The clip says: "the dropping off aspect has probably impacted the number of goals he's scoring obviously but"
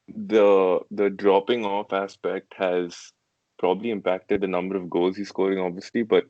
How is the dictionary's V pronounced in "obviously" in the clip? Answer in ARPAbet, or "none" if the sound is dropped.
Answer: V